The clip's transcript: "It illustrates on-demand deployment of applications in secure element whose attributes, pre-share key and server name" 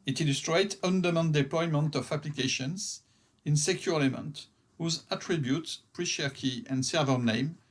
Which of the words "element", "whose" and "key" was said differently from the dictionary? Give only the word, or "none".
element